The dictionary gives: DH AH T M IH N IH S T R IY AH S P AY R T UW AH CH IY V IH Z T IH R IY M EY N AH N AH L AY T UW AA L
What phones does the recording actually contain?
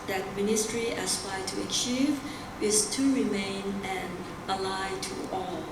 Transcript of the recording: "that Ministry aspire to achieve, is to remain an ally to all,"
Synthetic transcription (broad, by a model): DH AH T M IH N IH S T R IY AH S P AY T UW AH CH IY V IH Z T IH R IY M EY N AH N AH L AY T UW AA L